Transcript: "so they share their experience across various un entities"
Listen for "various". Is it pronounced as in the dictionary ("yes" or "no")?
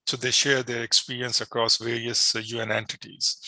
yes